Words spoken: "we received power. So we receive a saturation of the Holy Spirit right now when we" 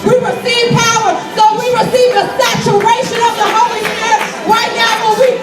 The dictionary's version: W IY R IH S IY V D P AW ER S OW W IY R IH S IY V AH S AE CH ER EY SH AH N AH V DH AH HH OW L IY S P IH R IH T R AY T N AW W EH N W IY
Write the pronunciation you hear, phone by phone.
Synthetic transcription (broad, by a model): W IY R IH S IY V P AW ER S OW W IY R IH S IY V AH S AE CH ER EY SH AH N AH V DH AH HH OW L IY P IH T R AY T N AW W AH L W IY